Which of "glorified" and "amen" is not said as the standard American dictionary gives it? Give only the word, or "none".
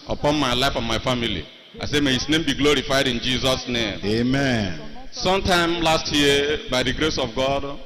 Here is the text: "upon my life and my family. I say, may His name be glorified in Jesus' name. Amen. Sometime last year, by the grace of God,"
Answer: none